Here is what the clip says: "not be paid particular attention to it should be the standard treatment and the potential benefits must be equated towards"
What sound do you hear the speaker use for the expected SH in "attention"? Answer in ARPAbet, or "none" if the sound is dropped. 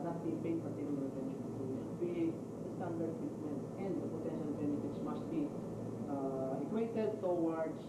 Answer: none